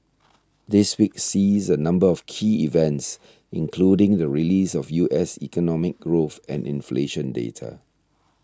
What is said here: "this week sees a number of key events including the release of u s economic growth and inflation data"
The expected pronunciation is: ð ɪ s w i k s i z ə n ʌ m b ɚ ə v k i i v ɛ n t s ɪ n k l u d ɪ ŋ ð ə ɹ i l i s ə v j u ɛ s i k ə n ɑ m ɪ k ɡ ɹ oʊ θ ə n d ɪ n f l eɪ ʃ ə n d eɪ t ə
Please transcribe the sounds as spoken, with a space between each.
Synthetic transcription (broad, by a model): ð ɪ s w i k s i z ə n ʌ m b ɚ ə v k i i v ɛ n t s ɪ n k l u d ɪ ŋ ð ə ɹ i l i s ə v j u ɛ s i k ə n ɑ m ɪ k ɡ ɹ oʊ θ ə n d ɪ n f l eɪ ʃ ə n d eɪ t ə